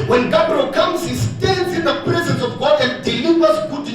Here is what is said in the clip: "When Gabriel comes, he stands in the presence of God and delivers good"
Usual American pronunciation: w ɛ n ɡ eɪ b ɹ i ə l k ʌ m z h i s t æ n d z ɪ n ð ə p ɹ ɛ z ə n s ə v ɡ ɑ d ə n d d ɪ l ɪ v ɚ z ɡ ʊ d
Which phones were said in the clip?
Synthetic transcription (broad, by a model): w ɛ n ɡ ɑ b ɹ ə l k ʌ m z h i s t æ n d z ɪ n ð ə p ɹ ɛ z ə n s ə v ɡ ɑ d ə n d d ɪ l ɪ w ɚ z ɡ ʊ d